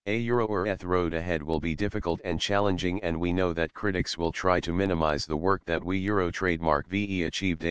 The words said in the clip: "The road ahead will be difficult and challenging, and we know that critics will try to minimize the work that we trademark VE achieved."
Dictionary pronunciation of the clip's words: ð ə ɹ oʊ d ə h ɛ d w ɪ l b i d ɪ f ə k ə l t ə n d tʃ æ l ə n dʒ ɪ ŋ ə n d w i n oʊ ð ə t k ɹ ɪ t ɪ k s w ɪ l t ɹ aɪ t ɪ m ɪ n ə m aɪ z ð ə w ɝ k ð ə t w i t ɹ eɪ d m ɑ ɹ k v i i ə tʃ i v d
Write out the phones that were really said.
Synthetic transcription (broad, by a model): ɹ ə ɹ oʊ d ə h ɛ d w ɪ l b i d ɪ f ə k ə l t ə n tʃ æ l ə n dʒ ɪ ŋ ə n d w i n oʊ ð ə t k ɹ ɪ t ɪ k s w ɪ l t ɹ aɪ t ɪ m ɪ n ə m aɪ z ð ə w ɝ k ð ə t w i t ɹ eɪ d m ɑ ɹ k v i i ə tʃ i v d